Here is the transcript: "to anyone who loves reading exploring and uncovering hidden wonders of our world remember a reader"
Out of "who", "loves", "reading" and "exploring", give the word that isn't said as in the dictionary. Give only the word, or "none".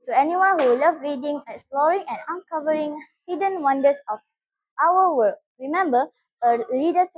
loves